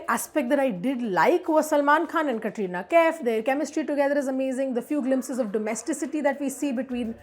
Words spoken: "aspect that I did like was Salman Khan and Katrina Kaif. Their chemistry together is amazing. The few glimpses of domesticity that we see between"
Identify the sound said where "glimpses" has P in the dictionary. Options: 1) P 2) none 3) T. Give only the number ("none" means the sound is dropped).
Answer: 1